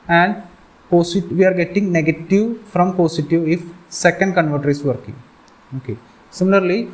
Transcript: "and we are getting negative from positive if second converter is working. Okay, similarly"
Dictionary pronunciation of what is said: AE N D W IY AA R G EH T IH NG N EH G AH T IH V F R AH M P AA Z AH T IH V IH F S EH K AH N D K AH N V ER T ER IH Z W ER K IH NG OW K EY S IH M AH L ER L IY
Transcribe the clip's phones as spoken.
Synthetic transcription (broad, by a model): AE N D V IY AA R G EH T IH NG N EH G AH T IH V F R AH M P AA S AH T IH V IH F S EH K AH N D K AH N V ER T ER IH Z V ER K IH NG OW K EY S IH M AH L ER L IY